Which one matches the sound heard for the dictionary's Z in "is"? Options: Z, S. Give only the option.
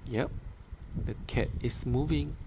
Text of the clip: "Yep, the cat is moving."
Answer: S